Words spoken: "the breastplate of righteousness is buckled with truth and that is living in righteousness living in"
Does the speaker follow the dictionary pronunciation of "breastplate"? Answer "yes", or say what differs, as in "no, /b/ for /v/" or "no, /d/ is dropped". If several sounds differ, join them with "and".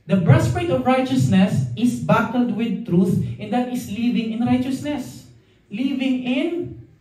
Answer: no, /l/ is dropped